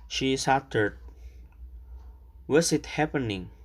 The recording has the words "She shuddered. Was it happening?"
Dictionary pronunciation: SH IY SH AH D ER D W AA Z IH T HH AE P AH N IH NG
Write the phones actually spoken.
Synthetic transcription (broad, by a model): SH IY S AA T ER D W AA S IH T HH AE P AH N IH NG